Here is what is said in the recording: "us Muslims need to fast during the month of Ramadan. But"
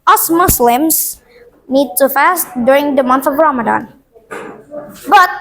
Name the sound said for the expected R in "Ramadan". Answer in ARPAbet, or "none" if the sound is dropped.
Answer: R